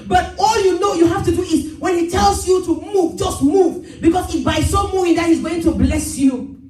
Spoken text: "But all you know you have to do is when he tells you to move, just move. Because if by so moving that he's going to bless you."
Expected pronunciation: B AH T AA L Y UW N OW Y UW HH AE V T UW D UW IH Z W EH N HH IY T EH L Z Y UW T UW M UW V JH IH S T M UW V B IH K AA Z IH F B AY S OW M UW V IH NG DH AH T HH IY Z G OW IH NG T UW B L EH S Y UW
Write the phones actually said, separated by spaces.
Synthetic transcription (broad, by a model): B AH T AA L Y UW N OW Y UW HH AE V T UW D UW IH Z W EH N HH IY T EH L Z Y UW T UW M UW V JH IH S T M UW V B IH K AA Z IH B AY S OW M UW IH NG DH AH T HH IY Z G OW IH NG T UW B L EH S Y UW